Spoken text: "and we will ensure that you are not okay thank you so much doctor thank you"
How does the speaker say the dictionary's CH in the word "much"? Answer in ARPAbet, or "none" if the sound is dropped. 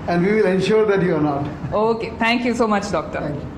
CH